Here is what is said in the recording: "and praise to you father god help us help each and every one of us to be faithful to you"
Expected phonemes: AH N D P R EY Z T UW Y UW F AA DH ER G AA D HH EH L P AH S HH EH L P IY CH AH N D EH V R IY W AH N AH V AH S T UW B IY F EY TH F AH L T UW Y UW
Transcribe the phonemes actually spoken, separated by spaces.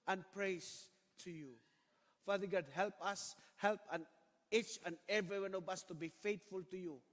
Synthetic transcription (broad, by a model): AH N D P R EY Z T UW Y UW F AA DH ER G AA D HH EH L P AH S HH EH L P IY CH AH N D EH V R IY W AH N AH V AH S T UW B IY F EY T F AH L T UW Y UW